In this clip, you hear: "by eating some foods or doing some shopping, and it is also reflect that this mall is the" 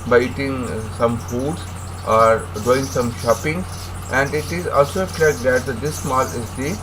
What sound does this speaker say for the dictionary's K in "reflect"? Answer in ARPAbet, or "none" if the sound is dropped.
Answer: none